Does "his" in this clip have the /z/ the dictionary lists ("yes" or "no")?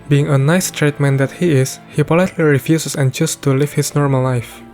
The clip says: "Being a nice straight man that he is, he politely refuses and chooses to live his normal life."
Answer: no